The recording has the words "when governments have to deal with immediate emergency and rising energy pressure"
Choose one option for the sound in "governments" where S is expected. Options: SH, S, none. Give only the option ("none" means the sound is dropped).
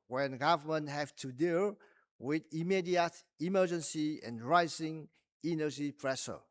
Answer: none